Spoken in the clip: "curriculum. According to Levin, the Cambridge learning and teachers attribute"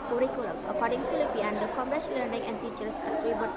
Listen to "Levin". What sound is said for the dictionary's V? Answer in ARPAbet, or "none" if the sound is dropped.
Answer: P